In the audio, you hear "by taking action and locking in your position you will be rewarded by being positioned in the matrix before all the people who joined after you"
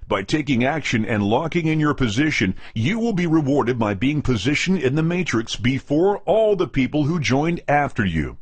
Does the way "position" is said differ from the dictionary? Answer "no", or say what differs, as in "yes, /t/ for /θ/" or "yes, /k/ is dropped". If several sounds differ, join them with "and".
no